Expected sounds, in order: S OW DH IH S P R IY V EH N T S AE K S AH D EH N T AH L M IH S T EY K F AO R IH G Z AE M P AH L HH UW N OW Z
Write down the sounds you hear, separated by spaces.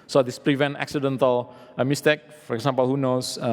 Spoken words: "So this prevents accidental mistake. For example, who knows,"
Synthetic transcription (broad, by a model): S OW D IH S P R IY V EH N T AE K S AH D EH N T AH L M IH S T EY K F AO R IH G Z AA M P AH L HH UW N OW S